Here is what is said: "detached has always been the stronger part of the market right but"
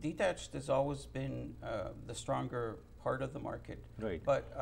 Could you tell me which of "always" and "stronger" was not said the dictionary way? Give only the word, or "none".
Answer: none